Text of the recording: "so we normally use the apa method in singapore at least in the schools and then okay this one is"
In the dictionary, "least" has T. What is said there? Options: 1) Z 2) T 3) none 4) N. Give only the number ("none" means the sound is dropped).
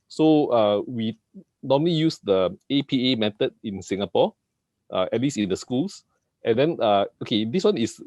3